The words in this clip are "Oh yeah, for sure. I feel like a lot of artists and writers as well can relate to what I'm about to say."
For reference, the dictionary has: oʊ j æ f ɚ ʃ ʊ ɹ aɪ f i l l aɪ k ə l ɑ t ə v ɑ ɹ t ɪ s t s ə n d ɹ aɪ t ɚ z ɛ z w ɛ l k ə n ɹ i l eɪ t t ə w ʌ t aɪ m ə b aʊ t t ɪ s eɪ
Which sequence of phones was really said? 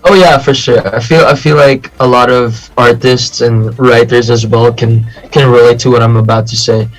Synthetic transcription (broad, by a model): oʊ j æ f ɚ ʃ ʊ ɹ aɪ f i l l aɪ k ə l ɑ t ə v ɑ ɹ t ɪ s t s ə n ɹ aɪ t ɚ z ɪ z w ɛ l k ə n ɹ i l eɪ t t ə w ʌ t aɪ m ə b aʊ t t ɪ s eɪ